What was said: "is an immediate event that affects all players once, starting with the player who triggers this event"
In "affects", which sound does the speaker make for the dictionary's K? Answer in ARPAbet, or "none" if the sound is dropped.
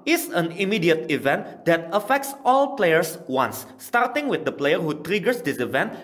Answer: K